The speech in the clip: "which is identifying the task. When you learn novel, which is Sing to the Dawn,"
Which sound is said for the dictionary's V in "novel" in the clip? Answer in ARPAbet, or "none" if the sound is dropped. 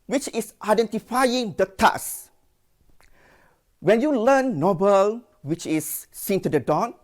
B